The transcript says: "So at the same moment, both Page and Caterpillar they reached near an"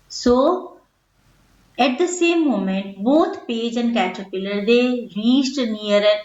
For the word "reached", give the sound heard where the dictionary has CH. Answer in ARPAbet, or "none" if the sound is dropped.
S